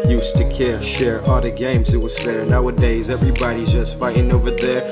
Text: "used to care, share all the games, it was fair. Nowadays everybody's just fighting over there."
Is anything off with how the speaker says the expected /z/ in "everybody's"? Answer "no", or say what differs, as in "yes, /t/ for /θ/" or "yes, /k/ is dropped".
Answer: no